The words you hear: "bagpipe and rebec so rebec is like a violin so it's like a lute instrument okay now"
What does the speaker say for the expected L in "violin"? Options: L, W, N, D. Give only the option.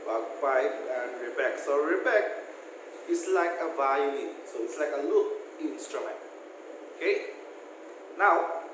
N